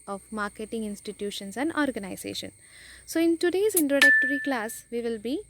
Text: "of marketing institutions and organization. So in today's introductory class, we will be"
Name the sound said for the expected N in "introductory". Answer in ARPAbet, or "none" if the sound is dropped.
N